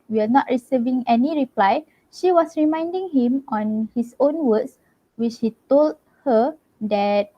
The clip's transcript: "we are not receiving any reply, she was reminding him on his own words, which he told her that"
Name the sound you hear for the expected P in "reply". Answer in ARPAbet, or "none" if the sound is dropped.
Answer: P